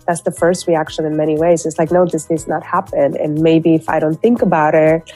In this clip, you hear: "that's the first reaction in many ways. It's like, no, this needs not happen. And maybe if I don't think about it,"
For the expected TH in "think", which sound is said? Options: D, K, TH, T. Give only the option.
TH